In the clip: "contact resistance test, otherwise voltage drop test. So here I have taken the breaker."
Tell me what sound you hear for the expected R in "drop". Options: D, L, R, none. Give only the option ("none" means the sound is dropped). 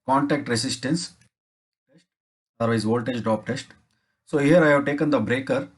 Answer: none